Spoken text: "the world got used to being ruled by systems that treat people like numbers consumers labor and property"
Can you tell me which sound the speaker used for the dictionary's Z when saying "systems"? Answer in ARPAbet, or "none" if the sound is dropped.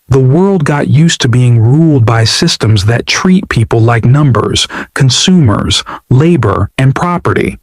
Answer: Z